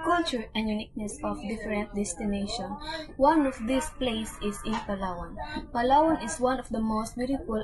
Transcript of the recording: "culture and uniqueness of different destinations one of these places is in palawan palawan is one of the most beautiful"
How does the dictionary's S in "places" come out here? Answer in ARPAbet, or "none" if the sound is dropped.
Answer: none